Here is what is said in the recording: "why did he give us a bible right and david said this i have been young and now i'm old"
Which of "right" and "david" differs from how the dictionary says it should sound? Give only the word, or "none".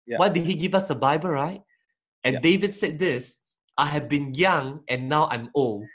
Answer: none